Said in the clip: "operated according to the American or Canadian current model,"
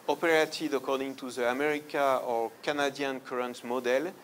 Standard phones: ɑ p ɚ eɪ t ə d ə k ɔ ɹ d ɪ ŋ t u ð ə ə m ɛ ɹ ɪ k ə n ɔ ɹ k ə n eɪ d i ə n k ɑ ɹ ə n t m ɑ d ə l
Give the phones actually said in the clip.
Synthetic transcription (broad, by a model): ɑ p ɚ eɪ t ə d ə k ɔ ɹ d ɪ ŋ t u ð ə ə m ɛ ɹ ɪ k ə ɔ ɹ k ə n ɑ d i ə n k ɑ ɹ ə n t m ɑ d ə l